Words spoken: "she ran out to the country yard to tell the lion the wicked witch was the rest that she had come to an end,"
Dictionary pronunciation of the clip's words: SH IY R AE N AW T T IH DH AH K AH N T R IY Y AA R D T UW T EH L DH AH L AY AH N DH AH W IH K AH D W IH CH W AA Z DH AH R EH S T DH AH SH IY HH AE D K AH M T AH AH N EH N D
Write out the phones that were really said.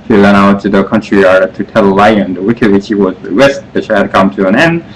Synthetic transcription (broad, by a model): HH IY L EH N AW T T IH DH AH K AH N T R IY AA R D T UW T EH L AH L AY AH N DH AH W IH K AH D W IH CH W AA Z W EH S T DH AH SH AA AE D K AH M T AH AH N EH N